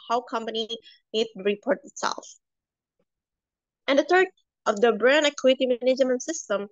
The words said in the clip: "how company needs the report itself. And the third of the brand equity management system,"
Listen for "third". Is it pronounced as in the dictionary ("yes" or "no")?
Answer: no